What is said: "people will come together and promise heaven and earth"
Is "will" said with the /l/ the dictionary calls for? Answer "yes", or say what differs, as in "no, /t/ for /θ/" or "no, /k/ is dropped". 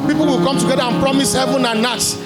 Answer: yes